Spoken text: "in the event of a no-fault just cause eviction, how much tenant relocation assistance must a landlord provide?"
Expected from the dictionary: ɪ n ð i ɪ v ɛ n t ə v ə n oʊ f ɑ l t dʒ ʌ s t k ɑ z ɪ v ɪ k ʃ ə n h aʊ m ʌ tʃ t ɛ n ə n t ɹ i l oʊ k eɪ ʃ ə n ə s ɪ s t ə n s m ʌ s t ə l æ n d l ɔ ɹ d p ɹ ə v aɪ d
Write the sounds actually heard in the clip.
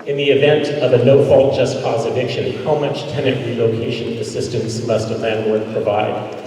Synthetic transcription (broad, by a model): ɪ n ð i ɪ v ɛ n t ə v ə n oʊ f ɑ l t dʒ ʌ s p ɑ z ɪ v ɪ k ʃ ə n h aʊ m ʌ tʃ t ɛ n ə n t ɹ i l oʊ k eɪ ʃ ə n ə s ɪ s t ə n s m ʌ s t ə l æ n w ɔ ɹ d p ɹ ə v aɪ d